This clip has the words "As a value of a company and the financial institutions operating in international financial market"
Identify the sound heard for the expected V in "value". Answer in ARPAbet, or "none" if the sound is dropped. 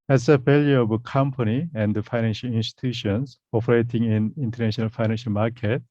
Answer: F